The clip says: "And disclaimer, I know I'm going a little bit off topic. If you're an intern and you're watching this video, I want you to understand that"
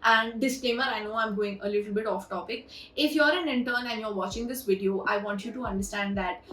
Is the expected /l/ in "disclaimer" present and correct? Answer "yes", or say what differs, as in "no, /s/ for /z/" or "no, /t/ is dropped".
no, /l/ is dropped